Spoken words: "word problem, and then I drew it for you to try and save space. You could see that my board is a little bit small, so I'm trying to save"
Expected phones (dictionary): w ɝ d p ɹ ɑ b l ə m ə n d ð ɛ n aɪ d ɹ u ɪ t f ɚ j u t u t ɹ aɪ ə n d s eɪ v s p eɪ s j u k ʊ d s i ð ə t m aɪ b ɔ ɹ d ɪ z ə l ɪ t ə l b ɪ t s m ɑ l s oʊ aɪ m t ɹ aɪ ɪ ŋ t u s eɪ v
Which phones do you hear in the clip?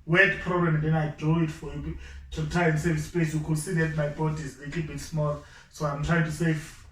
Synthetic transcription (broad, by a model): w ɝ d p ɹ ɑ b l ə m ə n d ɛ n aɪ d u ɪ t f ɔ j u t u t aɪ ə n s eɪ v s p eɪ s j u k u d s i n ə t m aɪ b ɔ d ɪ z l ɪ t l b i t s m ɑ l s oʊ aɪ m t ɹ aɪ ɪ ŋ t u s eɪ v